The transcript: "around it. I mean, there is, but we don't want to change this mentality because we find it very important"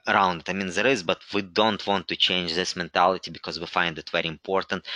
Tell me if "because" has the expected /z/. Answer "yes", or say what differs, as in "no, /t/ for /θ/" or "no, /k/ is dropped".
yes